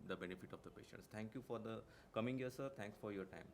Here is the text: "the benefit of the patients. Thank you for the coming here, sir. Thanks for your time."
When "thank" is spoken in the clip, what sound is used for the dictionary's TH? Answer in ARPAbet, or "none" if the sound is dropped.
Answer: T